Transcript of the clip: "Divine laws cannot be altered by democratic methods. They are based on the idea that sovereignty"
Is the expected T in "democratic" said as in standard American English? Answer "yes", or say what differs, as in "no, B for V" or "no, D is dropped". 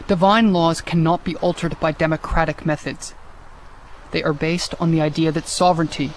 yes